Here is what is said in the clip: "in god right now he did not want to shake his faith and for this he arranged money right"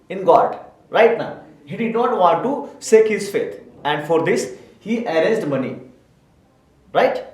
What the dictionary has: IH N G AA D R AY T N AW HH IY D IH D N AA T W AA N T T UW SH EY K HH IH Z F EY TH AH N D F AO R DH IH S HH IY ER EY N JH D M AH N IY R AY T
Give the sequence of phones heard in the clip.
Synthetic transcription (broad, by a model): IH N G AA D R AY T N AW HH IY D IH D N AA T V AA N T T UW S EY K HH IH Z F EY T AH N D F AO R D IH S HH IY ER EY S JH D M AH N IY R AY T